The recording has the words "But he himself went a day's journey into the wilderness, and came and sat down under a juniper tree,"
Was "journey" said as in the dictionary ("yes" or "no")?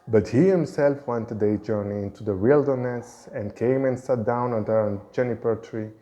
yes